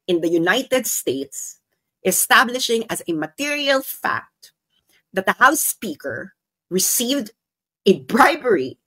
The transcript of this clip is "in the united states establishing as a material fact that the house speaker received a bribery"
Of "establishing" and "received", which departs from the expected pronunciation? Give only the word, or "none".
none